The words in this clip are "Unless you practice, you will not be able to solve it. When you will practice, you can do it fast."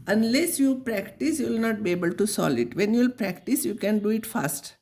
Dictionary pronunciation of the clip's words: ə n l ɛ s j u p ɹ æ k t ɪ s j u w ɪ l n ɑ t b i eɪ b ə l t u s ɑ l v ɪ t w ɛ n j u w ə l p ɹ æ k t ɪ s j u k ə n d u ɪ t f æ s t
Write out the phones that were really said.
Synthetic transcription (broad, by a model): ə n l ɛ s j u p ɹ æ k t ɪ s j u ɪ l n ɑ t b i eɪ b ə l t u s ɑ l ɪ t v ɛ n j u l p ɹ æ k t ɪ s j u k ə n d u ɪ t f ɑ s t